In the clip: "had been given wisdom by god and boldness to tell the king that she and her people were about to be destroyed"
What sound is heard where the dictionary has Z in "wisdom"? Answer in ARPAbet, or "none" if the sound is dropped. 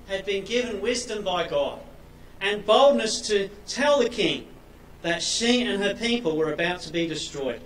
Z